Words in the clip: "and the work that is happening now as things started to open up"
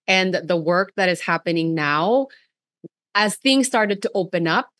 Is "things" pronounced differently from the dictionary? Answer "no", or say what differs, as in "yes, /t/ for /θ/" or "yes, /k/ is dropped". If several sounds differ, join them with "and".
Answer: no